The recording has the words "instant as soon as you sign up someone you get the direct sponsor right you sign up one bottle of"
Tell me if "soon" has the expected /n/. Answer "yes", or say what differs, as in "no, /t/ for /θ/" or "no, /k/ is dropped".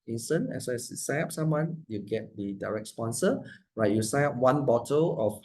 no, /n/ is dropped